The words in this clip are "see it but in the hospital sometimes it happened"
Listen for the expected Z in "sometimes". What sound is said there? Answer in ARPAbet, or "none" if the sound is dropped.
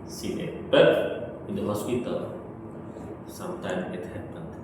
none